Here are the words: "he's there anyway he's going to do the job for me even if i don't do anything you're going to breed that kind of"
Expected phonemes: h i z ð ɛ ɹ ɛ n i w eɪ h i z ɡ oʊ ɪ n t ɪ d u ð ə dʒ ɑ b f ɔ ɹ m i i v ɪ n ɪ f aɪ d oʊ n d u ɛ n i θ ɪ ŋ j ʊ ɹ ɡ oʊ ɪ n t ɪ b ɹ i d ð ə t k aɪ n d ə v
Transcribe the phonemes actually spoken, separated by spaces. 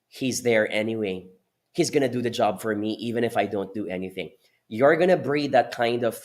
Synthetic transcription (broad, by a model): h i z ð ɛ ɹ ɛ n i w eɪ h i z ɡ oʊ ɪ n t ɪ d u ð ə dʒ ɑ b f ɔ ɹ m i i v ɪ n ɪ f aɪ d oʊ n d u ɛ n i θ ɪ ŋ j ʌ ɹ ɡ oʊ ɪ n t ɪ b ɹ i d ð ə t k aɪ n d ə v